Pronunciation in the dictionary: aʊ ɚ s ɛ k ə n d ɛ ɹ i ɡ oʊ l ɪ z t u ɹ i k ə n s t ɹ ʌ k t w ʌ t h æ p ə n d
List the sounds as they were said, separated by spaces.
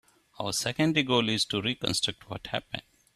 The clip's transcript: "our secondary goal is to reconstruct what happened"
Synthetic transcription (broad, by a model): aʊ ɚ s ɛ k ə n d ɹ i ɡ oʊ l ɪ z t u ɹ i k ə n s t ɹ ʌ k t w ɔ t h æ p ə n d